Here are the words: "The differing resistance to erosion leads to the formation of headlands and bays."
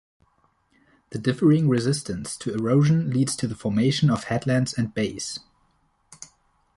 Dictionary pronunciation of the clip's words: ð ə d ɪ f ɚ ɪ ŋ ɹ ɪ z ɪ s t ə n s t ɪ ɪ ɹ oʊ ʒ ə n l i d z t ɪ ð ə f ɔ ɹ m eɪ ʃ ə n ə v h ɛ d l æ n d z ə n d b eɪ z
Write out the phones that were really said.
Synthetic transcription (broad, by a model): ð ə d ɪ f ɚ ɪ ŋ ɹ ɪ z ɪ s t ə n s t ɪ ɪ ɹ oʊ ʒ ə n l i d z t ɪ ð ə f ɔ ɹ m eɪ ʃ ə n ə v h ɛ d l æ n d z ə n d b eɪ s